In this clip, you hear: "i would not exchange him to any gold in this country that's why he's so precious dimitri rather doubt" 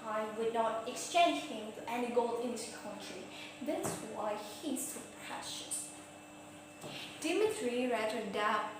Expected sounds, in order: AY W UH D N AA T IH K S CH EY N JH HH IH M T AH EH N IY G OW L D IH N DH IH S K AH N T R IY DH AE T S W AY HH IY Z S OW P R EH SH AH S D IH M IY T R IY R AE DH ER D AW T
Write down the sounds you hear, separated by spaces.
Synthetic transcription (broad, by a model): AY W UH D N AA T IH K S CH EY N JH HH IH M T EH N IY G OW L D IH N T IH K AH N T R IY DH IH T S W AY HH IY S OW P R EH SH AH S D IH M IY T R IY R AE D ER D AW